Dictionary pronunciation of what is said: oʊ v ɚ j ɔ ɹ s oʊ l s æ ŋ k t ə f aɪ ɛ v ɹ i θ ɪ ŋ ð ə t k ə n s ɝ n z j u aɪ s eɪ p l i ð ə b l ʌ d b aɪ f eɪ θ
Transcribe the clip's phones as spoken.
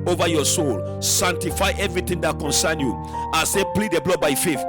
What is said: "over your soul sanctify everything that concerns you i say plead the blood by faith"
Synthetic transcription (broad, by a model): oʊ v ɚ j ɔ s oʊ l s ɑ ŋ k t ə f aɪ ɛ v ɹ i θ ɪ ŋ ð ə t k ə n s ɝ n j u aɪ s eɪ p l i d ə b l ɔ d b aɪ f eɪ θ